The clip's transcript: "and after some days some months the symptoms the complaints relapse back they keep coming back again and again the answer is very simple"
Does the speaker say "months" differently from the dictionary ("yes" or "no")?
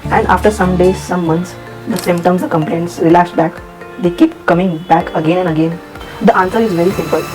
yes